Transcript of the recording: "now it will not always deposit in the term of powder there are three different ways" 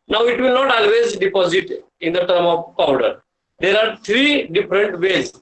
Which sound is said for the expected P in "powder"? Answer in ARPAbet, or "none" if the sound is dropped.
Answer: P